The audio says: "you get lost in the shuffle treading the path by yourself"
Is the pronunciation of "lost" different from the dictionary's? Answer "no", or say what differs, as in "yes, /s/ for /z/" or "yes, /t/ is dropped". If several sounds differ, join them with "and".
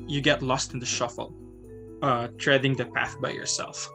no